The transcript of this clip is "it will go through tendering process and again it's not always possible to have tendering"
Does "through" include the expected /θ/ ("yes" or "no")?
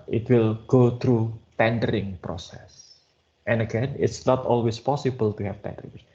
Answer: no